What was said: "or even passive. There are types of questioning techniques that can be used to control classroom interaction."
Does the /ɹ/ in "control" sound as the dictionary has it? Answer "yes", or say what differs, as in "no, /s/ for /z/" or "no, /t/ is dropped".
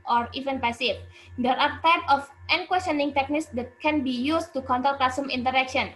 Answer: no, /ɹ/ is dropped